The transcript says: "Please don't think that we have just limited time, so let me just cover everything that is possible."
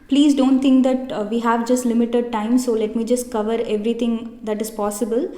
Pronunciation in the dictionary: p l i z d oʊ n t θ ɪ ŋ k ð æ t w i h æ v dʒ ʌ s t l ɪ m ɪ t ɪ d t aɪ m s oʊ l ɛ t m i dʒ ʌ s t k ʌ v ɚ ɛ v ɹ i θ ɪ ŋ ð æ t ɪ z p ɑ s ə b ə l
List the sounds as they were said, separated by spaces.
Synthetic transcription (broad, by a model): p l i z d oʊ n t t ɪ ŋ k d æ t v i h æ v dʒ ʌ s t l ɪ m ɪ t ɪ d t aɪ m s oʊ l ɛ t m i dʒ ʌ s t k ʌ v ɚ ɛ v ɹ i t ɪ ŋ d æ t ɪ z p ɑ s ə b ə l